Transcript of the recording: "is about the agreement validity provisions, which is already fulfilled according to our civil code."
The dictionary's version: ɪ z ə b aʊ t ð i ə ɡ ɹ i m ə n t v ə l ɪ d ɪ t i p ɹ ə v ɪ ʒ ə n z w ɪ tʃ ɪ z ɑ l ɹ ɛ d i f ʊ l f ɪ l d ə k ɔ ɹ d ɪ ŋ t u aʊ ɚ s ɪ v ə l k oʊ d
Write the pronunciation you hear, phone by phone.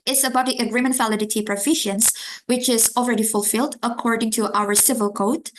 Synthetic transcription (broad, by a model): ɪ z ə b aʊ t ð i ə ɡ ɹ i m ə n t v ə l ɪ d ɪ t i p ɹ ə f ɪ ʃ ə n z w ɪ tʃ ɪ z ɑ l ɹ ɛ d i f ʊ l f ɪ l d ə k ɔ ɹ d ɪ ŋ t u aʊ ɚ s ɪ v ə l k oʊ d